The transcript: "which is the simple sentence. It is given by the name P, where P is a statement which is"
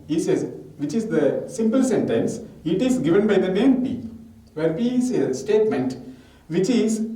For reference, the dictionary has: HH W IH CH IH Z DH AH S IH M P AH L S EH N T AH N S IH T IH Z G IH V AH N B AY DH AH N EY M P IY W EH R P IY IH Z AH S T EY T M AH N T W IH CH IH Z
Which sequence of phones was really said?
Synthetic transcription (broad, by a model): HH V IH CH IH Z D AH S IH M P AH L S EH N T AH N S IH T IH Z G IH V AH N B AY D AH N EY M P IY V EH R P IY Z AH S T EY T M AH N T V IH CH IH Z